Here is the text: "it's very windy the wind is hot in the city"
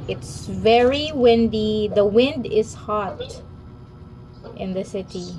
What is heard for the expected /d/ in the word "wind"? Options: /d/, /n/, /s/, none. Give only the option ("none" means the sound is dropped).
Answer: /d/